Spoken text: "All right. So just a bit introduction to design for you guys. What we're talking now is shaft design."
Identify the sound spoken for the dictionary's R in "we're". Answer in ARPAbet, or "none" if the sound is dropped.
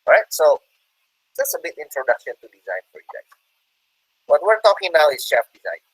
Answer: R